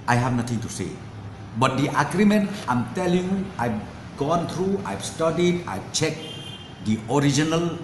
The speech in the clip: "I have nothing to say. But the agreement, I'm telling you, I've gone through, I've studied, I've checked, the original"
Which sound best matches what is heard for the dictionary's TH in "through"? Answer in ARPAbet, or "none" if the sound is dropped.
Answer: T